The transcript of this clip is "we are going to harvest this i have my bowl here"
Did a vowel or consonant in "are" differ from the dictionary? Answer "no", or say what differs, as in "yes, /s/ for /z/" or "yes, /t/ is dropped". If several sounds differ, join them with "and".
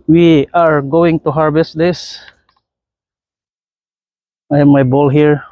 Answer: no